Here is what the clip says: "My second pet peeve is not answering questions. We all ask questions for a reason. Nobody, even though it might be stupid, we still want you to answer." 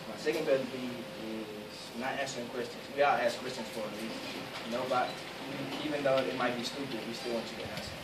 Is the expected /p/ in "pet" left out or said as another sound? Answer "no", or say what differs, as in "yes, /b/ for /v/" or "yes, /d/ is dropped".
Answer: yes, /b/ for /p/